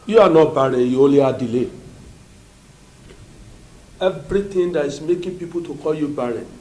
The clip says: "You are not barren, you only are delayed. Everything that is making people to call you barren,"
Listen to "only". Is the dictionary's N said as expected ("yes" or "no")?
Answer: no